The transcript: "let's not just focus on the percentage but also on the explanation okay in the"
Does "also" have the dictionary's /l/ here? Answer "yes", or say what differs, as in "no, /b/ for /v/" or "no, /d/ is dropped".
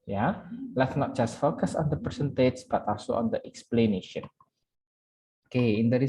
no, /l/ is dropped